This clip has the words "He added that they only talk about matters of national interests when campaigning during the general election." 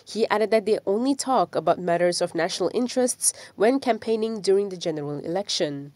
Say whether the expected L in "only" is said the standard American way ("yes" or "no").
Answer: yes